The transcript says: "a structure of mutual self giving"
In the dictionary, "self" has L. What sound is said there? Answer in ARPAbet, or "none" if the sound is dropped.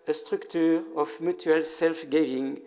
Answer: L